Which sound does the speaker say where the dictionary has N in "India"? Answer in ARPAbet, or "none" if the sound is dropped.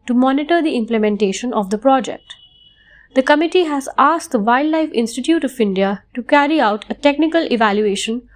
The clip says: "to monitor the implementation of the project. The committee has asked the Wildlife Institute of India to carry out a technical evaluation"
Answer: N